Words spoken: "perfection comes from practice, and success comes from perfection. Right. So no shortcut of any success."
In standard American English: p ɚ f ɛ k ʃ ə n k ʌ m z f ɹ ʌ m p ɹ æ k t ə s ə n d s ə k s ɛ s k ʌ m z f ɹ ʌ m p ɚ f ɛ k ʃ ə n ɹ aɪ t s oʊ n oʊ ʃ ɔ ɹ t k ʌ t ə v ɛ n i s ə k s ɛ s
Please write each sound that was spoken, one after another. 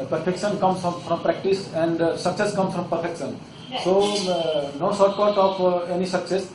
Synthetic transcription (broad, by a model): p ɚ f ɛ k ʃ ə n k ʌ m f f ɹ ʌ m p ɹ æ k t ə s ə n d s ə k s ɛ s k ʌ m s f ɹ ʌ m p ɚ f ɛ k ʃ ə n s oʊ n oʊ s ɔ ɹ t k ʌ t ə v ɛ n i s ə k s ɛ s